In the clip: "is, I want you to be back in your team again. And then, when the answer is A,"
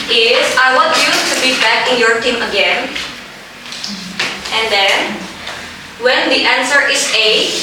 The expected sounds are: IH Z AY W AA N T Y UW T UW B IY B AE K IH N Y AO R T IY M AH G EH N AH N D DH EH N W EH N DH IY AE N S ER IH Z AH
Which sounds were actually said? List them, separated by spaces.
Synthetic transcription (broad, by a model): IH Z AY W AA T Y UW T UW B IY B AE K IH N Y AO R T IY M AH G EH N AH N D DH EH N W EH N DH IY AE N S ER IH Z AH